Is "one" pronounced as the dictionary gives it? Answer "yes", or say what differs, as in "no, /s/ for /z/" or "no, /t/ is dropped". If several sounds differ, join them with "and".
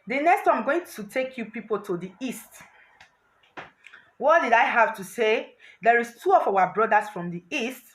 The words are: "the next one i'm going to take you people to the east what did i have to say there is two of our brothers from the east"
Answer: no, /n/ is dropped